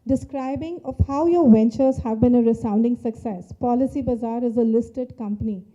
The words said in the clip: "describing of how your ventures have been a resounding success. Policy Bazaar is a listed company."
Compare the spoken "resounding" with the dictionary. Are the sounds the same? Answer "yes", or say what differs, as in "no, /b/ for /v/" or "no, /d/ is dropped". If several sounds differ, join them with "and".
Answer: yes